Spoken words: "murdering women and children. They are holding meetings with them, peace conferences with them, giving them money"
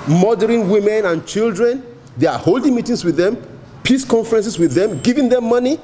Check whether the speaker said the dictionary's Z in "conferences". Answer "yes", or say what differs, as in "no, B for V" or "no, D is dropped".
no, S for Z